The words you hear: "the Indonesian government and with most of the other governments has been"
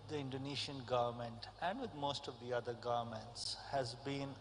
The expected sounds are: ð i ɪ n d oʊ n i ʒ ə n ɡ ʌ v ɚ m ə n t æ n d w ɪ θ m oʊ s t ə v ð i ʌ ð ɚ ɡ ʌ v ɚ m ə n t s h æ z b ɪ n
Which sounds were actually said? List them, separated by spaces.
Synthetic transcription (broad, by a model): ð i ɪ n d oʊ n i ʃ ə n ɡ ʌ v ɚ m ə n t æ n d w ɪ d m oʊ s t ə v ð i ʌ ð ɚ ɡ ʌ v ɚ m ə n t s h æ z b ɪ n